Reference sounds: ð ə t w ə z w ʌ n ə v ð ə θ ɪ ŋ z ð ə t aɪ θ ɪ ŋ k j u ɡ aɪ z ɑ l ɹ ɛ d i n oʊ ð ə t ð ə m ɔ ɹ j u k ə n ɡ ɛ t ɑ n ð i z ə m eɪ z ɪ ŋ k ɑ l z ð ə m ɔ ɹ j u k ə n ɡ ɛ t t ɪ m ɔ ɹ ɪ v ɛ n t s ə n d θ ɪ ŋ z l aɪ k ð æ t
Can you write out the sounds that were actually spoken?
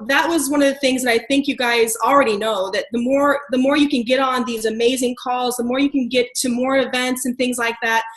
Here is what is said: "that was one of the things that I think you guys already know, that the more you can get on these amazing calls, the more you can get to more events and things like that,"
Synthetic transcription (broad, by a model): ð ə t w ə z w ʌ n ə v ð ə θ ɪ ŋ z ð ə t aɪ θ ɪ ŋ k j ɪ ɡ aɪ z l ɹ ɛ d i n oʊ ð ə t ð ə m ɔ ɹ j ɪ k ə n ɡ ɛ t n ð i z ə m eɪ z ɪ ŋ k ɑ l z ð ə m ɔ ɹ j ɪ k ə n ɡ ɛ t t ɪ m ɔ ɹ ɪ v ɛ n t s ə n θ ɪ ŋ z l aɪ k ð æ t